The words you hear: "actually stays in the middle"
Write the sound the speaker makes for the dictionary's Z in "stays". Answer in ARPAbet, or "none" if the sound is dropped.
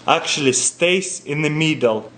S